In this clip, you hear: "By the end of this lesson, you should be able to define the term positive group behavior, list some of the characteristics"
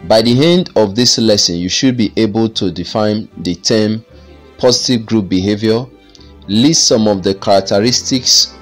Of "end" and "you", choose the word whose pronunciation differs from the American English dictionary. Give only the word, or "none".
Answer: none